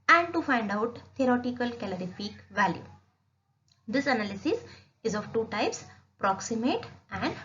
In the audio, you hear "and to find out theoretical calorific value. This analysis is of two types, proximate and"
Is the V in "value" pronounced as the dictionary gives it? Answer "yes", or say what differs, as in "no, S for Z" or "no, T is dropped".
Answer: yes